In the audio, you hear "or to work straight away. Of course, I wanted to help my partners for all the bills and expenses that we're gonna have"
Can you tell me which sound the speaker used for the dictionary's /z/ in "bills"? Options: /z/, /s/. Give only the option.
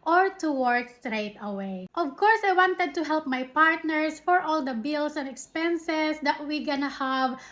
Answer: /s/